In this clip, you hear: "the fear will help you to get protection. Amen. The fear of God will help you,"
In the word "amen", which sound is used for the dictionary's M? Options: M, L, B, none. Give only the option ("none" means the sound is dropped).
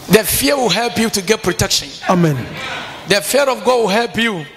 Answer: M